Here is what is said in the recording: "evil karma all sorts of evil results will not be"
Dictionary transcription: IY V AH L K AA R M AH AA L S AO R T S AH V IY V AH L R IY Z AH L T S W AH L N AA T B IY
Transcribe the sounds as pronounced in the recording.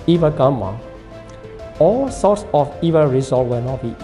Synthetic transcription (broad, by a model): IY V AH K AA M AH AA L S AO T S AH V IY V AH R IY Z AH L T W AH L N AA T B IY